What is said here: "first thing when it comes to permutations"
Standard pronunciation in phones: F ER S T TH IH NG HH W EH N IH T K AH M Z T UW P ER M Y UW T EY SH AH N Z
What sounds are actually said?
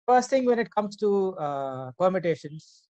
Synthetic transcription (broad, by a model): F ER S T T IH NG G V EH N IH T K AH M S T UW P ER M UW T EY SH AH N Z